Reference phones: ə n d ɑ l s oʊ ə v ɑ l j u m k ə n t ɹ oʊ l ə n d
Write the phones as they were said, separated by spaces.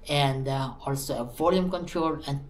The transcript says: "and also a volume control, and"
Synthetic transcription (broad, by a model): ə n d ɑ l s oʊ ə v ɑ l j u m k ə n t ɹ oʊ l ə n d